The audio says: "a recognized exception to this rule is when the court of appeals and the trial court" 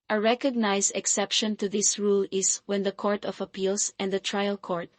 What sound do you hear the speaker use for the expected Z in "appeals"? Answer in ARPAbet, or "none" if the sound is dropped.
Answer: S